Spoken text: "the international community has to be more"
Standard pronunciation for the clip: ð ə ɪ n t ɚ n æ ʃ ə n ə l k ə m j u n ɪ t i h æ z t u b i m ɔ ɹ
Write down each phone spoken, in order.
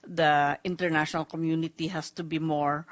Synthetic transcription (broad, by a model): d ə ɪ n t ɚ n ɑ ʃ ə n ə l k ə m j u n ɪ t i h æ s t u b i m ɔ ɹ